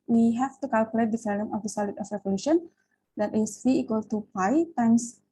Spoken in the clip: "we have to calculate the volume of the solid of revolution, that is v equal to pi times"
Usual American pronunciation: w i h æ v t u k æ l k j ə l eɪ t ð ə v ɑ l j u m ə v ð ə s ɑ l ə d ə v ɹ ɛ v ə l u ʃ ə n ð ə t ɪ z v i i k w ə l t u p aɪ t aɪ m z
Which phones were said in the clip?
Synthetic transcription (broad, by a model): w i h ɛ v t u k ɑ l k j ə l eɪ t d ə f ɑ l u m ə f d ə s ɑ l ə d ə f ɹ ɛ v ə l u ʃ ə n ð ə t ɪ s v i i k w ə l t u p aɪ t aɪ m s